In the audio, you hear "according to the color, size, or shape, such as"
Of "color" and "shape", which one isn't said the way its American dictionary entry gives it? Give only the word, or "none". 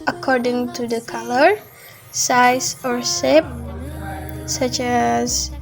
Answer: shape